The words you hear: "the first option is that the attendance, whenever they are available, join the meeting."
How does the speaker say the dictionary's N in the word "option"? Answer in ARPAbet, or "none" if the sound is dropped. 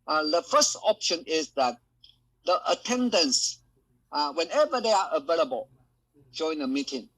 N